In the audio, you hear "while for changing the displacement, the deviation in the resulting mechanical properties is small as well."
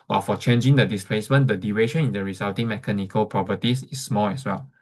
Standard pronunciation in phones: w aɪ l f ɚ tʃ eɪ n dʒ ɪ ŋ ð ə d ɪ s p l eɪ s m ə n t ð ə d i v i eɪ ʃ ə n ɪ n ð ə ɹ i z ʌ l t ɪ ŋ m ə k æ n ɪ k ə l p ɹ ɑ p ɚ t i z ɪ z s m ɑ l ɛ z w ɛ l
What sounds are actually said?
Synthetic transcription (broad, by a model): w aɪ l f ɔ tʃ eɪ n dʒ ɪ ŋ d ə d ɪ s p l eɪ s m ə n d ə d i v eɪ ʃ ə n ɪ n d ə ɹ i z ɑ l t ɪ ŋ m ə k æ n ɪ k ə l p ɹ ɑ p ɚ t i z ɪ s m ɑ l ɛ s w ɛ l